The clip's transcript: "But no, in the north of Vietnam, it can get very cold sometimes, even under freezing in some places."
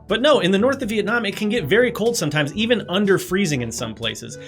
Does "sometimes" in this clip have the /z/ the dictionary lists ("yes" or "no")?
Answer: yes